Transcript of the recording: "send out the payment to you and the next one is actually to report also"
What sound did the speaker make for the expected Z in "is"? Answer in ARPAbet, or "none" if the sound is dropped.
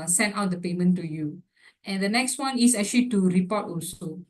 S